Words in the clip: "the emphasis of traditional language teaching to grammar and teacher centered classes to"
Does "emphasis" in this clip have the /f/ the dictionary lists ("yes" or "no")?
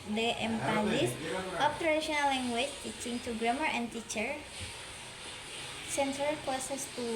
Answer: no